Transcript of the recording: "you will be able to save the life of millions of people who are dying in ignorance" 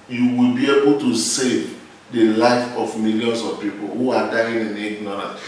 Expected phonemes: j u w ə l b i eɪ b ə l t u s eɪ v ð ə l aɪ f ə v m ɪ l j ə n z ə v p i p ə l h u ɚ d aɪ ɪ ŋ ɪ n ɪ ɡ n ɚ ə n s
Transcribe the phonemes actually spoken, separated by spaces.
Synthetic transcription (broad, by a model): j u w ə l b i eɪ b ə l t u s eɪ v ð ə l aɪ f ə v m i l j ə n s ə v p i p ə l h u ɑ d aɪ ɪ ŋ ɪ n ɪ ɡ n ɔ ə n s